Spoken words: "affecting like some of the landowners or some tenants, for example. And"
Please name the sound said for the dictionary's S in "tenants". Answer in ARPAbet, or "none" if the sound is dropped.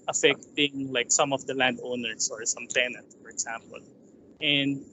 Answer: none